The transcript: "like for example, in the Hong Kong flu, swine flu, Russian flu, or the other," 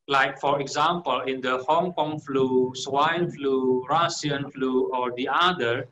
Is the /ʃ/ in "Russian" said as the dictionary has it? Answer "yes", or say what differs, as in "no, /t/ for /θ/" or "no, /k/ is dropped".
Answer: no, /s/ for /ʃ/